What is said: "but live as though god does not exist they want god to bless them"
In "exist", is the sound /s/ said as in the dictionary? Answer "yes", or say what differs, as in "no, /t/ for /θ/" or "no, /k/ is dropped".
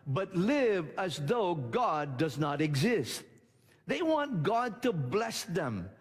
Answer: yes